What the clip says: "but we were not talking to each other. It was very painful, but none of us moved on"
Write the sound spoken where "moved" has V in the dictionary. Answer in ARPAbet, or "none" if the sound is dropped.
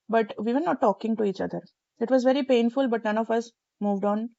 V